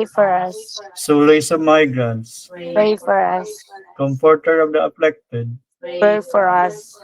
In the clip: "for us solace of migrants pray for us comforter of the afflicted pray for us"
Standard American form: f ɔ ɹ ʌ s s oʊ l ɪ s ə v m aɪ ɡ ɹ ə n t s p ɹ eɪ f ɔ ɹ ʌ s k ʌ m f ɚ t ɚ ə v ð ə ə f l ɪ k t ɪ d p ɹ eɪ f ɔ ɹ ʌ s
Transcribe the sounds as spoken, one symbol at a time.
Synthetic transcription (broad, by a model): f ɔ ɹ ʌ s s oʊ l ɪ s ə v m aɪ ɡ ɹ ə n t s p eɪ f ɔ ɹ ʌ s k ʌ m p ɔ t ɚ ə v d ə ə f l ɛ k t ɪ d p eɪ f ɔ ɹ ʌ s